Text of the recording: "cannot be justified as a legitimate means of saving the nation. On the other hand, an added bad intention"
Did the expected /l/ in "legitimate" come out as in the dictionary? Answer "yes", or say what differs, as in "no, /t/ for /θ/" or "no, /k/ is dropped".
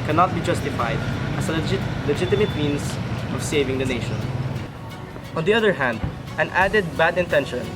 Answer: yes